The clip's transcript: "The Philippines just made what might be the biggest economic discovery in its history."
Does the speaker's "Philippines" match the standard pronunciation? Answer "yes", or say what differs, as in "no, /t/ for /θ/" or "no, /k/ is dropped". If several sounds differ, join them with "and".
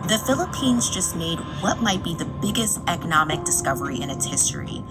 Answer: yes